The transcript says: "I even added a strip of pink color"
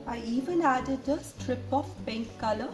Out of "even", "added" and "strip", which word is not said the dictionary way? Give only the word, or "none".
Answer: none